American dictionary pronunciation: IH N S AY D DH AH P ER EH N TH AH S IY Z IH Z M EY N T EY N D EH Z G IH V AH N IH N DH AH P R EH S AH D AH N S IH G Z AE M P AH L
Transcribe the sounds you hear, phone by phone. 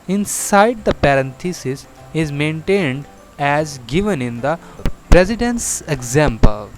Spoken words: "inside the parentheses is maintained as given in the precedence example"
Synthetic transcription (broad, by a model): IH N S AY D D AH P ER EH N T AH S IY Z IH Z M EY N T EY N D EH Z G IH V AH N IH N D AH P R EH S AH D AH N S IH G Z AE M P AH L